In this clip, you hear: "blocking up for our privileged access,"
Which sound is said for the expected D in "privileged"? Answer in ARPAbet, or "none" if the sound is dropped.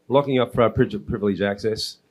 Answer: none